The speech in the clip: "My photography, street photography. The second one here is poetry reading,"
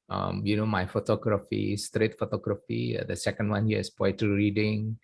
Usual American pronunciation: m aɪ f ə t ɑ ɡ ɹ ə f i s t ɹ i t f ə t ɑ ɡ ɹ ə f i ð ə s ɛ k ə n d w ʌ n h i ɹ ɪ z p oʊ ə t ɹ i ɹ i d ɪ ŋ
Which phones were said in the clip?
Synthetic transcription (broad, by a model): m aɪ f ə t ɑ ɡ ɹ ə f i s t ɹ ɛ t f ə t ɑ ɡ ɹ ə f i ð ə s ɛ k ə n d w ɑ n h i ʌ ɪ s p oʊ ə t i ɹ i d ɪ ŋ